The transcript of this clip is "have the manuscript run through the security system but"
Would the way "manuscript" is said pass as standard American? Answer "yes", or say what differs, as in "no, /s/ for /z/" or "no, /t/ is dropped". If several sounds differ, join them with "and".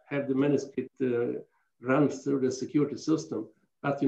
no, /ɹ/ is dropped and /p/ is dropped